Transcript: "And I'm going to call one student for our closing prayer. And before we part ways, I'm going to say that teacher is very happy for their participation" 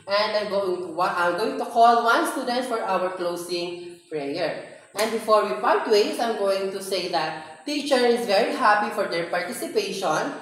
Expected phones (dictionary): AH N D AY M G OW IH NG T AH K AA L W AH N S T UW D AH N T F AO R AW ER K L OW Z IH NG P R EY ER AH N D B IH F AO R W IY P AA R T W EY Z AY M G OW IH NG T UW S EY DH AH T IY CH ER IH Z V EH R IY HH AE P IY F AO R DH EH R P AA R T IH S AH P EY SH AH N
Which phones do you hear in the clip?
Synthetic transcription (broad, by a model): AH N D AY M G OW IH NG T AH K AA L W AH N S T UW D AH N T F AO R AW ER K L OW S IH NG P R EY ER AH N D B IH F AO R W IY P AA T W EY S AY M G OW IH NG T UW S EY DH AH T IY CH ER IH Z V EH R IY HH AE P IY F AO R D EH R P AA R T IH S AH P EY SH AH N